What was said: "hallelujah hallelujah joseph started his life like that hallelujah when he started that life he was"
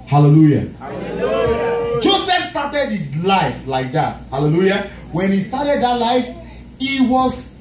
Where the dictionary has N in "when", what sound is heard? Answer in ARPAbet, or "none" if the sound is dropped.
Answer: N